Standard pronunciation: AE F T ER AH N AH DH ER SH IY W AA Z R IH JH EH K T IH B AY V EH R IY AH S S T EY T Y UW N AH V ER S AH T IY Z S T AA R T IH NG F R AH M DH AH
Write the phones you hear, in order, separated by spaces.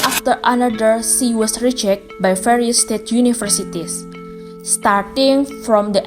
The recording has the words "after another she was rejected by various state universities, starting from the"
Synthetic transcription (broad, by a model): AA F T ER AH N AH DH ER S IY W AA S R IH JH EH K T B AY F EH R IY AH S S T EY T Y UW N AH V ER S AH T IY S S T AA R T IH NG F R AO M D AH